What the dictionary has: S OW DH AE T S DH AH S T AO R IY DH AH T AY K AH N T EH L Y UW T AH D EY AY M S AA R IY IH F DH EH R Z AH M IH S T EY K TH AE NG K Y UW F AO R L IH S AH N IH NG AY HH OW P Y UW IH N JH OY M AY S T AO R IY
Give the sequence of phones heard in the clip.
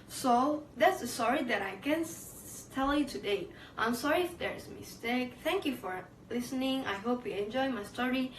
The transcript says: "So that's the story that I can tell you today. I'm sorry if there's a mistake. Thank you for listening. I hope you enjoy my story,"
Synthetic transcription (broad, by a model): S OW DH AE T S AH S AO R IY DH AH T AY K AH N T EH L Y UW T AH D EY AY M S AA R IY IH F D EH R AH M IH S T EY K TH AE NG K Y UW F AO R L IH S AH N IH NG AY HH OW P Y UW IH N JH OY M AY S T AO R IY